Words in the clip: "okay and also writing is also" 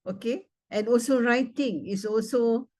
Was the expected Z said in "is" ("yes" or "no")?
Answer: no